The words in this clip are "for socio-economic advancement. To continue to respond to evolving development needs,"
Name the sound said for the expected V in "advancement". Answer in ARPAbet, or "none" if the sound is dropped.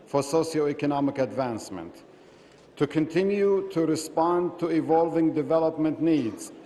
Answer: V